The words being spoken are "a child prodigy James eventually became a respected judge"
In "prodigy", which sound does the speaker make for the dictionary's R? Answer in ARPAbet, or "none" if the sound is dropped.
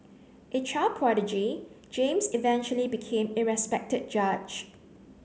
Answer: R